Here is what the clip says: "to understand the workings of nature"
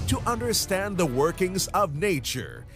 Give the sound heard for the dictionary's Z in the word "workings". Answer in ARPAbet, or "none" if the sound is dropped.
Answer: Z